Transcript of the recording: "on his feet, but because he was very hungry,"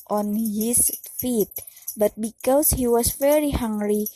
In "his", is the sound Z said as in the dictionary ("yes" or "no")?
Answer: no